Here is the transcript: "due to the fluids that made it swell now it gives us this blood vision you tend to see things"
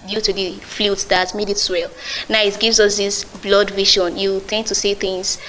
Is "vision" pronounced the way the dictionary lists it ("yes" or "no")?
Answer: no